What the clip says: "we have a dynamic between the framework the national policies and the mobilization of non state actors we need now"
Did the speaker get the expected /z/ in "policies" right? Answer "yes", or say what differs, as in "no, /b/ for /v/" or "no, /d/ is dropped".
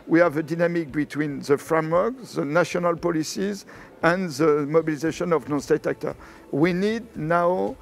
yes